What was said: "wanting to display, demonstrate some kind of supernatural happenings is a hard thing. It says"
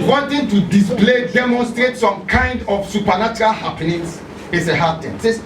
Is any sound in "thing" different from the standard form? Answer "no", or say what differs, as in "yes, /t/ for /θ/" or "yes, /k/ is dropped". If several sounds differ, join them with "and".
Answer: yes, /t/ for /θ/